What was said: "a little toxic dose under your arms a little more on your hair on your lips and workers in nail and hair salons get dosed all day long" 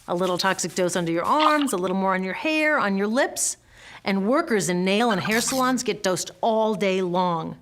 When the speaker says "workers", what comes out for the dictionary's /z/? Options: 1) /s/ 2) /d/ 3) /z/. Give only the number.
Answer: 3